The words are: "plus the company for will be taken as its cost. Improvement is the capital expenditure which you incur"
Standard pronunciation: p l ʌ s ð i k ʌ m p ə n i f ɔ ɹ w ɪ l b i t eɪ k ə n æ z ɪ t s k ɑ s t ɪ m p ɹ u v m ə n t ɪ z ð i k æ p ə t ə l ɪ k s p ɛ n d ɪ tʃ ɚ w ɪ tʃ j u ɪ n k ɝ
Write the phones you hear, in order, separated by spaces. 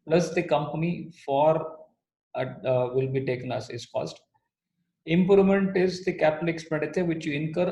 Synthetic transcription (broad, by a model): p l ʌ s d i k ʌ m p ə n i f ɔ ɹ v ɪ l b i t eɪ k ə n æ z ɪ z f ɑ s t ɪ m p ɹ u m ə n t ɪ z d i k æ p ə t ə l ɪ k s p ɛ n d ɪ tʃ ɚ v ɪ tʃ j u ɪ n k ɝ